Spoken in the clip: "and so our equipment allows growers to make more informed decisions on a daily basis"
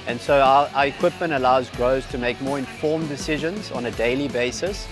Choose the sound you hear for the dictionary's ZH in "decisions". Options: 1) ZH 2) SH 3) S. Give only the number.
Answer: 1